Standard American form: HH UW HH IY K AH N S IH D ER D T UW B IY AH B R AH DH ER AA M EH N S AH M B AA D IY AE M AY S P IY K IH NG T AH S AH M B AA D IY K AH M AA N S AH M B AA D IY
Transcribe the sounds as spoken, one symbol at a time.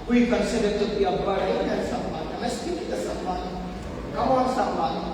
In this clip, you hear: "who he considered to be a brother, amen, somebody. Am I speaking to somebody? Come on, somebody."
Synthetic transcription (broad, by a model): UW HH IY K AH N S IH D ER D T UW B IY AH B AH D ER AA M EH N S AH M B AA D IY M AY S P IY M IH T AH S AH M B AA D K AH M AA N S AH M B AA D